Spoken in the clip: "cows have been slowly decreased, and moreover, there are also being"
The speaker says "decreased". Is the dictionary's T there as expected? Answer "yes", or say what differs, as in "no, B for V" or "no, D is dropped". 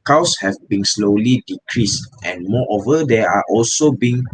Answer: yes